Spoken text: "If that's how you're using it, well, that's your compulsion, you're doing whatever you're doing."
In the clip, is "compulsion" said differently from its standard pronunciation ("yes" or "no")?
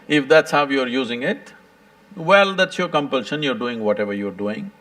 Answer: no